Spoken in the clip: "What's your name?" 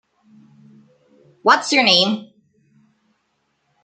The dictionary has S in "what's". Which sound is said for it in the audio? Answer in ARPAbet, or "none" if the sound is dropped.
S